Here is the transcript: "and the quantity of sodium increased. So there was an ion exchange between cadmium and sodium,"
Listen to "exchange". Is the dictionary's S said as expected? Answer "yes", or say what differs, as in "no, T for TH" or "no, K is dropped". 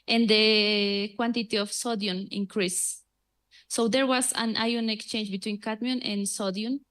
yes